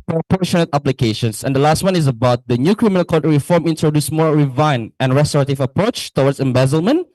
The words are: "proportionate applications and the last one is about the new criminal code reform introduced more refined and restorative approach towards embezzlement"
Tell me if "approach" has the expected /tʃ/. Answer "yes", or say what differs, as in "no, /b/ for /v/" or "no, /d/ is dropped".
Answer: yes